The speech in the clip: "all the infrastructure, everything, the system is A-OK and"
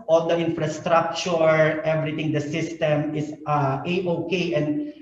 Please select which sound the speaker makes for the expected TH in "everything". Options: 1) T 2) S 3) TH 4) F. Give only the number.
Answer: 1